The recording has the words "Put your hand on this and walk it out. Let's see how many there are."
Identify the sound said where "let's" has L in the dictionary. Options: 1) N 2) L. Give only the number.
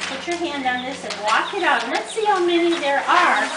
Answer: 1